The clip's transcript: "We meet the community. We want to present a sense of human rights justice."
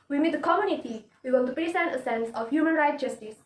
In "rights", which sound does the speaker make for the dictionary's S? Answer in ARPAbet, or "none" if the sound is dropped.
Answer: none